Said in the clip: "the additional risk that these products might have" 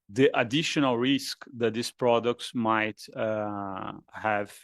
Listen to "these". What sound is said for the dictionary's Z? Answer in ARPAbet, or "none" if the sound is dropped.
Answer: S